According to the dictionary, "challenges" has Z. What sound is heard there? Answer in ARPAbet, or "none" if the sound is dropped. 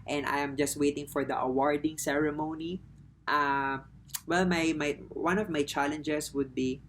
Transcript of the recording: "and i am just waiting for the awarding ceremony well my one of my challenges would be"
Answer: S